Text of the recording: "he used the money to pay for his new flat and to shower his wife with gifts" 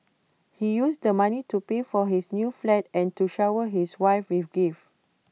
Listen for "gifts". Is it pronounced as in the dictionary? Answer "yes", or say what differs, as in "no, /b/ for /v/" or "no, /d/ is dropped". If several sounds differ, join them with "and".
no, /s/ is dropped